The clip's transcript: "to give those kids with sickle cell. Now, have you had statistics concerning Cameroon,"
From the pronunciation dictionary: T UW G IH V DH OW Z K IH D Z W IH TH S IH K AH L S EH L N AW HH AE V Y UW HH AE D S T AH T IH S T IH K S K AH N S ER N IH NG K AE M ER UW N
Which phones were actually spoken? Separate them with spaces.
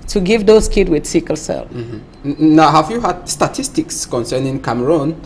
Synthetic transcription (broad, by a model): T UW G IH V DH OW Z K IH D W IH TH S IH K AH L S EH L N AW HH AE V Y UW HH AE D S T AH T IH S T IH K S K AH N S ER N IH NG K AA M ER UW N